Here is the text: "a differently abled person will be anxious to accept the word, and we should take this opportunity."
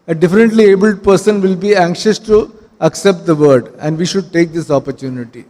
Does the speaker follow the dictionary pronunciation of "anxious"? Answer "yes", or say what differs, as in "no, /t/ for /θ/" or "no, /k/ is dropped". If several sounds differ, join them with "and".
yes